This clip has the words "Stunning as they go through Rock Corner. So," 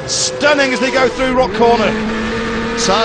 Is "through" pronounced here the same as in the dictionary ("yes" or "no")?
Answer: yes